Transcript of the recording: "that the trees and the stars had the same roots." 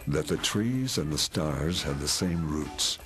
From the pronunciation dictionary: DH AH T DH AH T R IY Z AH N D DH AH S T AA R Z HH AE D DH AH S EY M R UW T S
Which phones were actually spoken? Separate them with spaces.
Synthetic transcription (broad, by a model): DH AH T DH AH T R IY Z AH N DH AH S T AA R Z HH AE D DH AH S EY M R UW T S